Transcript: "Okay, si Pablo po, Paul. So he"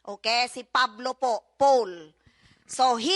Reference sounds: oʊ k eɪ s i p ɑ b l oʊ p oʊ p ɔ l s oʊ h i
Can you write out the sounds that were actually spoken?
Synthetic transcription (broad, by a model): oʊ k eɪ s i p ɑ b l oʊ p oʊ p ɔ l s oʊ h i